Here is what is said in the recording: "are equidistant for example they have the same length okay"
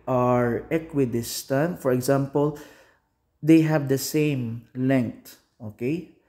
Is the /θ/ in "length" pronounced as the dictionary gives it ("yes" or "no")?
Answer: no